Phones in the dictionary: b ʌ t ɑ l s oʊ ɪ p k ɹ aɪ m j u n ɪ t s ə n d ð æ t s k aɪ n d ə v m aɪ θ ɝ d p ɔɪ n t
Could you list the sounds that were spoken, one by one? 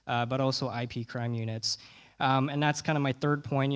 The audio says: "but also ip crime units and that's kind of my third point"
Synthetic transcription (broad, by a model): b ʌ t ɑ l s oʊ ɪ p k ɹ aɪ m j u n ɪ t s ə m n ð æ t s k aɪ n d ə m aɪ θ ɝ d p ɔɪ n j